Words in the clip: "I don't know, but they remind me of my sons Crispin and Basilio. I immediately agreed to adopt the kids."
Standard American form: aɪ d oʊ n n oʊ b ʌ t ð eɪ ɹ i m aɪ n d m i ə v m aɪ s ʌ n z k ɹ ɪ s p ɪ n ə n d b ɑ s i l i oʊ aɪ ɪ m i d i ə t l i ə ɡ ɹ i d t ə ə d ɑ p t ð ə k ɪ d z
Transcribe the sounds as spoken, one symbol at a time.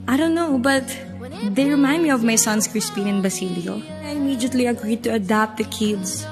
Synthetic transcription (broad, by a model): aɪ d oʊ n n oʊ b ʌ t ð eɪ ɹ i m aɪ n d m i ə v m aɪ s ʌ n s k ɹ ɪ s p ɪ n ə n b ɑ s i l i oʊ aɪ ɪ m i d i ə t l i ə ɡ ɹ i d t ə ə d ɑ p t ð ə k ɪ d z